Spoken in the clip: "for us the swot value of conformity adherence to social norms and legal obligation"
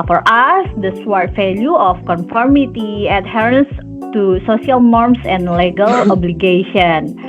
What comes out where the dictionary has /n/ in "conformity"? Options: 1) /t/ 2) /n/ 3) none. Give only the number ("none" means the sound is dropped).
2